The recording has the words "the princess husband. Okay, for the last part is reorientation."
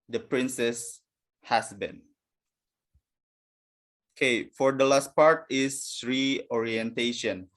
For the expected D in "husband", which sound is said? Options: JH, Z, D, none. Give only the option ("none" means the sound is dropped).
none